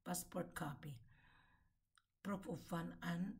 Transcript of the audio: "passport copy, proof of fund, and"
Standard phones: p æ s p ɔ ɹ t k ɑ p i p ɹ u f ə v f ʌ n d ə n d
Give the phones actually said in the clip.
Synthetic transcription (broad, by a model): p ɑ s p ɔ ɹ t k ɑ p i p ɹ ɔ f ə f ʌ n ə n